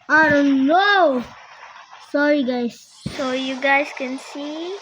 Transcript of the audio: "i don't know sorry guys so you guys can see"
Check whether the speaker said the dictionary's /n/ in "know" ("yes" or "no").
yes